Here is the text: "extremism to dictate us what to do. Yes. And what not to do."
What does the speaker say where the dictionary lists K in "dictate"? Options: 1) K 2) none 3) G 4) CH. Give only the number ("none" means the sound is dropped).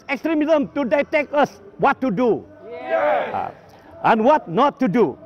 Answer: 2